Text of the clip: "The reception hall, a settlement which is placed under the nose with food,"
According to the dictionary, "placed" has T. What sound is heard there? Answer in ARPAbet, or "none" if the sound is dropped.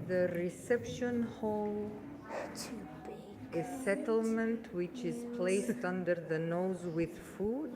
T